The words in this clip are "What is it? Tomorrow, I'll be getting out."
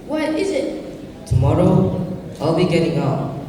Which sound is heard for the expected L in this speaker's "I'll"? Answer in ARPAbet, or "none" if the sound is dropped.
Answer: L